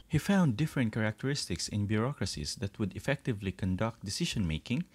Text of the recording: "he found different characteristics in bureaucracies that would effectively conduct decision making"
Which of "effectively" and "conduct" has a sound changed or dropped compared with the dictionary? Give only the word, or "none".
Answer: none